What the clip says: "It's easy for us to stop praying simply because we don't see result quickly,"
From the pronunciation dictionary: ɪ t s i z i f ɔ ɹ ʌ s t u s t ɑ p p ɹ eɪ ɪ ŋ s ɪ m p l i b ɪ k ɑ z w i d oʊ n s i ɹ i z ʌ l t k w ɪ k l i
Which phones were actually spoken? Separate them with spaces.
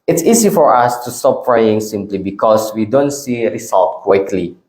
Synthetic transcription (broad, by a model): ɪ t s i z i f ɔ ɹ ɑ s t u s t ɑ p f ɹ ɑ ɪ ŋ s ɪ m p l i b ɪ k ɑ s w i d oʊ n s i ɹ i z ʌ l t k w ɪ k l i